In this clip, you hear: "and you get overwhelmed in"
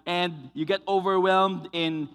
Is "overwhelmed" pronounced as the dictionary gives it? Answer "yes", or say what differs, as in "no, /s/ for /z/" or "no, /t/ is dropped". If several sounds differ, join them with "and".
yes